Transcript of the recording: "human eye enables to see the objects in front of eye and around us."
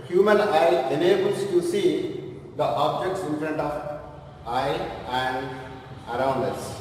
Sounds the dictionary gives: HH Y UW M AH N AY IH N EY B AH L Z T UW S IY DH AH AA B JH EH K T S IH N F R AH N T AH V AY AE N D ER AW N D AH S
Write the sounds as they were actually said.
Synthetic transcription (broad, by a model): HH Y UW M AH N AY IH N EY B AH L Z T UW S IY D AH AA B JH EH K T S IH N F R AH N T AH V AY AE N D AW N D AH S